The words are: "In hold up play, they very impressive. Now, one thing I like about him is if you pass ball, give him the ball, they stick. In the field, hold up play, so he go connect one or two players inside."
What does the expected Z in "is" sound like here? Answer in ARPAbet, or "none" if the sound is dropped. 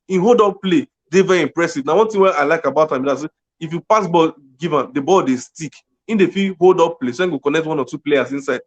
S